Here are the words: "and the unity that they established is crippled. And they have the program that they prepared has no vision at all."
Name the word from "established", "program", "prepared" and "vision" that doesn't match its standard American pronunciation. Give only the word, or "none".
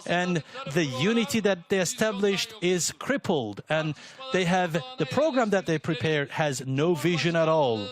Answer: none